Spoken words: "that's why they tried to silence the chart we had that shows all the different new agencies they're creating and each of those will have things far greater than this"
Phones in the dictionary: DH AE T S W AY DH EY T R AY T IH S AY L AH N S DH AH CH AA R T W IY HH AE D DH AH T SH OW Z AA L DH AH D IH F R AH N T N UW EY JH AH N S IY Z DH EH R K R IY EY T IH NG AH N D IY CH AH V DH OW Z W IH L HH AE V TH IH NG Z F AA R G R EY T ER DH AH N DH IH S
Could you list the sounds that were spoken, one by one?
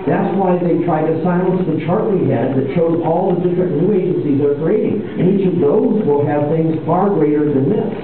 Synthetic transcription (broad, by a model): DH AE T S W AY DH EY T R AY T IH S AY L AH N S DH AH CH AA R T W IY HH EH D DH AH T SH OW Z AA L DH AH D IH F R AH N N UW EY JH AH N S IY Z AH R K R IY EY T IH NG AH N IY CH AH V DH OW Z W IH L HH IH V TH IH NG Z F AA R G R EY T ER DH AH N DH IH S